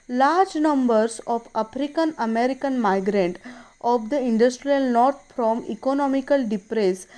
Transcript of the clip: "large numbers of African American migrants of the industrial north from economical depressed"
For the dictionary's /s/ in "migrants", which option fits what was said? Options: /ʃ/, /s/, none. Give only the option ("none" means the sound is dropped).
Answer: none